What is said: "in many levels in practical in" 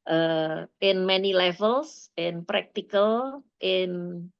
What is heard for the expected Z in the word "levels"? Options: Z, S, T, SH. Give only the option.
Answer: S